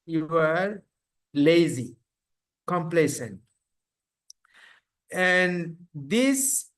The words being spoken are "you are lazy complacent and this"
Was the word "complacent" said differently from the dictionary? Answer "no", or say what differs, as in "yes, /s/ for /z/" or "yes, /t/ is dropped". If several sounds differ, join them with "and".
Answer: no